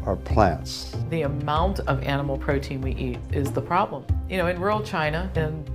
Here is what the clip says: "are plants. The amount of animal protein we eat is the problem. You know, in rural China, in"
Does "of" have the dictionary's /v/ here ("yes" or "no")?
yes